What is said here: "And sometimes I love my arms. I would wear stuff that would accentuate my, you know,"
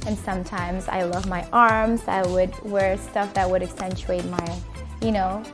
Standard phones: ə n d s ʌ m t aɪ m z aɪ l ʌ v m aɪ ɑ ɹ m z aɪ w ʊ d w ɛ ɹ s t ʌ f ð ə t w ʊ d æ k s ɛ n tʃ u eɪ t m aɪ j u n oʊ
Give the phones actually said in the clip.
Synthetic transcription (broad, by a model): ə n s ʌ m t aɪ m z aɪ l ʌ v m aɪ ɑ ɹ m z aɪ w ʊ d w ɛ ɹ s t ʌ f ð ə t w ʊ d æ k s ɛ n tʃ u eɪ t m aɪ j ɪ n oʊ